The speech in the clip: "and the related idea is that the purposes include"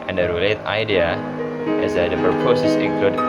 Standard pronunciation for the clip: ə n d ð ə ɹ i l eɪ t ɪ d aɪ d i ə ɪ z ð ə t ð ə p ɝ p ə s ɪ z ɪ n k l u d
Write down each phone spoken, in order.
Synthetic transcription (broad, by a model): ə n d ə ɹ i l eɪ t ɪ ɪ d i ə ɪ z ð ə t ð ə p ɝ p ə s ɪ s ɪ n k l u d